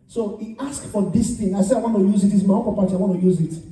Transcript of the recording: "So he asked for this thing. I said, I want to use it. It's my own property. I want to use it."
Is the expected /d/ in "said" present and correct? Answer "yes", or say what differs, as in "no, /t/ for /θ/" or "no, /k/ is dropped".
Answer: no, /d/ is dropped